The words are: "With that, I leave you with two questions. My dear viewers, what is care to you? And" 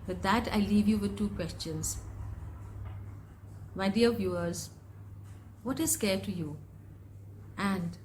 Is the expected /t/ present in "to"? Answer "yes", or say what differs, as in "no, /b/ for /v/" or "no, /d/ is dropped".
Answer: yes